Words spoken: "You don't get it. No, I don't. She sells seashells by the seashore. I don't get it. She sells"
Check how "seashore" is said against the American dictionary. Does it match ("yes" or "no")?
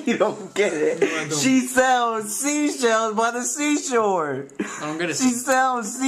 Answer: yes